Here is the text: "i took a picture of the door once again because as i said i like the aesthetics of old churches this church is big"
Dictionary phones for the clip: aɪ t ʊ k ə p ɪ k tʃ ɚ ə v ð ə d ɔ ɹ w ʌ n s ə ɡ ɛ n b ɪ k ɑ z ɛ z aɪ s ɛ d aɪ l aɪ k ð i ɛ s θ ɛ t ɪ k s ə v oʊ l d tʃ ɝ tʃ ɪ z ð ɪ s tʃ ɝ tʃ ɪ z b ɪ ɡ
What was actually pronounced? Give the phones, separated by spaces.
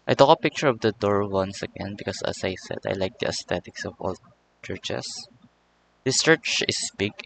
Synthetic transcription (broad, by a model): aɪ t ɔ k ə p ɪ k tʃ ɚ ə v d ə d ɔ ɹ w ʌ n s ə ɡ ɛ n b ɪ k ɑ s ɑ s aɪ s ɛ d aɪ l aɪ k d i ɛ s t ɛ t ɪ k s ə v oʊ l tʃ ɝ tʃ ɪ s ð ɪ s tʃ ɝ tʃ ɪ s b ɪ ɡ